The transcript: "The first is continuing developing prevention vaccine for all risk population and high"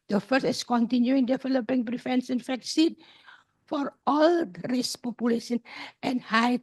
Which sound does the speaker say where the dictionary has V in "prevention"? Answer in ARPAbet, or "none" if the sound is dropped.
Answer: F